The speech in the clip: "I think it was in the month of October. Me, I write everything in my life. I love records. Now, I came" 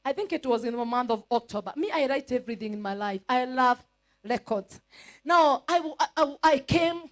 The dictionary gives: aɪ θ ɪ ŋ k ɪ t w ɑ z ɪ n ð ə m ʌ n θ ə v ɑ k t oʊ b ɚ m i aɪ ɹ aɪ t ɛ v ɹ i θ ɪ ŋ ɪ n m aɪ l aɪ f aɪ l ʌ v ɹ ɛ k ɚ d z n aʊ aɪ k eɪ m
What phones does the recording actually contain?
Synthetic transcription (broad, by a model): aɪ θ ɪ ŋ k ɪ t w ɑ z ɪ n ð ə m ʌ n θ ə v ɑ k t oʊ b ɚ m i aɪ ɹ aɪ t ɛ v ɹ i θ ɪ ŋ ɪ n m aɪ l aɪ f aɪ l ʌ v ɹ ɛ k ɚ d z n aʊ aɪ k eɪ m